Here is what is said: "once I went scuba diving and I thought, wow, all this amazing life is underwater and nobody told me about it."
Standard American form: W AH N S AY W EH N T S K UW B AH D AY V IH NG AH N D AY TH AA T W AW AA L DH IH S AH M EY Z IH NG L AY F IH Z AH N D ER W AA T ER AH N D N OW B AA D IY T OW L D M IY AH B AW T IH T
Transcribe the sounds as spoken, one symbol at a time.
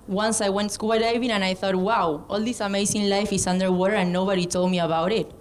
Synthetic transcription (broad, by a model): W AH N S AY W EH N T S K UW AH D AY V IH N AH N AY TH AA T W AW AA L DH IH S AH M EY S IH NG L AY F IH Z AH N D ER W AA T ER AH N N OW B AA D IY T OW L D M IY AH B AW T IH T